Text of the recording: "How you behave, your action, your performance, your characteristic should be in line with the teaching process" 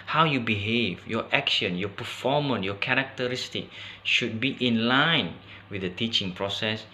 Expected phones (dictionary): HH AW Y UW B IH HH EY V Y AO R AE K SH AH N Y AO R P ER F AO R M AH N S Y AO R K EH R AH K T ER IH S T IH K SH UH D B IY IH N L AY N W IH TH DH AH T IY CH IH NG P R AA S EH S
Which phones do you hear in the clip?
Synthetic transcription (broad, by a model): HH AW Y UW B IH HH EY V Y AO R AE K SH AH N Y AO P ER F AO M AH N Y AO K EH R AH K T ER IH S T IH K SH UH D B IY IH N L AY N W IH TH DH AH T IY CH IH NG P R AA S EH S